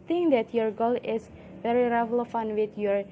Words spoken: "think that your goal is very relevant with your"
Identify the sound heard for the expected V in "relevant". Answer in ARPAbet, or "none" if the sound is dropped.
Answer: F